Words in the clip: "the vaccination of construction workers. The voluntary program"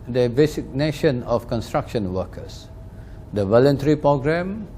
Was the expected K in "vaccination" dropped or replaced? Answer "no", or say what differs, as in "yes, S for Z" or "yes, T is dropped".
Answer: yes, K is dropped